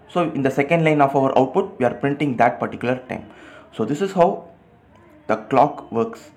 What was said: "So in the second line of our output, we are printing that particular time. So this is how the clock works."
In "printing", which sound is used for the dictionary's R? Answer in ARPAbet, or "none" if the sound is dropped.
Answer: R